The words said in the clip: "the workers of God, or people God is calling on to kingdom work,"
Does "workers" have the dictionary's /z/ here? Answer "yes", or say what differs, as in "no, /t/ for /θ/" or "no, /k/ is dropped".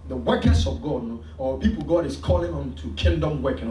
no, /s/ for /z/